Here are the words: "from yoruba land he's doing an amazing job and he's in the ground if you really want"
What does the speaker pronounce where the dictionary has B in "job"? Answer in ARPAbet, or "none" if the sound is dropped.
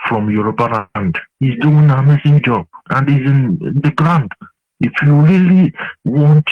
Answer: none